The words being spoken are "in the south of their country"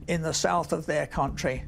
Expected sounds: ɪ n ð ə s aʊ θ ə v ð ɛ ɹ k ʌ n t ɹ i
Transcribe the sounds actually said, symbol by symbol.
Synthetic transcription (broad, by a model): ɪ n ð ə s aʊ θ ə v ð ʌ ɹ k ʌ n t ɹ i